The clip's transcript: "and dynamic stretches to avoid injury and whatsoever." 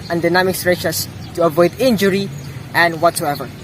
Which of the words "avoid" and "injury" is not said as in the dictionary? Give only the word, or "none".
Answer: none